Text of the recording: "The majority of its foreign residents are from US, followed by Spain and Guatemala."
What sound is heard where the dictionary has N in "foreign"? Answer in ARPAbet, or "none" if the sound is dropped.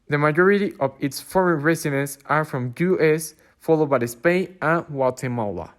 N